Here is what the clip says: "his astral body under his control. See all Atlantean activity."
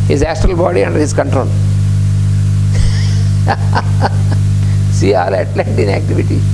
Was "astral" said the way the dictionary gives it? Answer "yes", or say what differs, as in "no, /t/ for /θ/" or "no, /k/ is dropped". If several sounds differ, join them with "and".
yes